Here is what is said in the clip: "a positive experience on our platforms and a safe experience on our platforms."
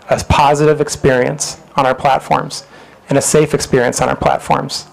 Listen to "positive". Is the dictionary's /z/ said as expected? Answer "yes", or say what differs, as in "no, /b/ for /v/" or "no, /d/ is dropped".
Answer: yes